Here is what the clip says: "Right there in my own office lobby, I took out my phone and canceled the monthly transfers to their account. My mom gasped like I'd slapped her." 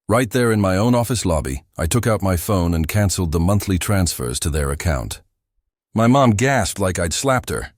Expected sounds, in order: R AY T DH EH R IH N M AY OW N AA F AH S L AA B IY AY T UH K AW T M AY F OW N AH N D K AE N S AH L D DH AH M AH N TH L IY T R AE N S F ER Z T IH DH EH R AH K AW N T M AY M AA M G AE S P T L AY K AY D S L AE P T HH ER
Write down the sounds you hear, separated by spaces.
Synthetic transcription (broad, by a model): R AY T DH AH R IH N M AY OW N AA F AH S L AA B IY AY T UH K AW T M AY F OW N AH N K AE N S L D DH AH M AH N TH L IY T R AE N S F ER Z T IH DH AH R AH K AW N T M AY M AA M G AE S P T L AY K AY D S L AE P T HH ER